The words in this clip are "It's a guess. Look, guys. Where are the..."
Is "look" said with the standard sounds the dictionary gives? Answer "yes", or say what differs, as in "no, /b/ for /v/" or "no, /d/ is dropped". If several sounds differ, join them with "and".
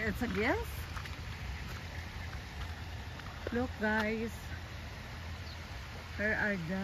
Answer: yes